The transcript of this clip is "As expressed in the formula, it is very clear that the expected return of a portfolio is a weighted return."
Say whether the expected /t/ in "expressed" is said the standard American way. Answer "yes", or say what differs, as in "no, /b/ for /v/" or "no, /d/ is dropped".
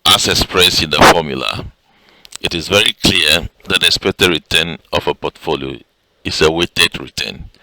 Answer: no, /t/ is dropped